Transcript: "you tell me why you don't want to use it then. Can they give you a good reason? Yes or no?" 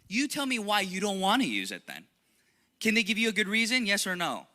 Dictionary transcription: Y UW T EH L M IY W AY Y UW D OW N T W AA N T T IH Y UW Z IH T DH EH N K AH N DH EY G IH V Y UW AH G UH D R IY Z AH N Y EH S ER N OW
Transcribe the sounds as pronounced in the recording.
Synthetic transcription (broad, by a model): Y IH T EH L M IY W AY Y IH D OW N T W AA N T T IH Y UW Z IH T DH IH N K AH N DH EY G IH V Y AH G UH D R IY Z AH N Y EH S ER N OW